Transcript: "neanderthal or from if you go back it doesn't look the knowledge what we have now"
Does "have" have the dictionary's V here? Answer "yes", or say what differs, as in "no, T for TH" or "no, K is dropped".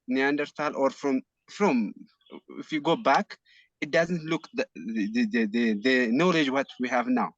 yes